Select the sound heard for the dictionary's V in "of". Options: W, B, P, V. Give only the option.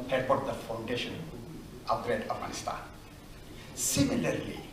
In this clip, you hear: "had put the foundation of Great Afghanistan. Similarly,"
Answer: P